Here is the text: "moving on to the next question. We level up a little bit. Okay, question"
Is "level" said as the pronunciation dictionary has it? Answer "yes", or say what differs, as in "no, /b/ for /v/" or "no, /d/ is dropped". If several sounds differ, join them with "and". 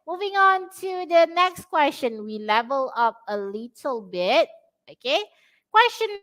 yes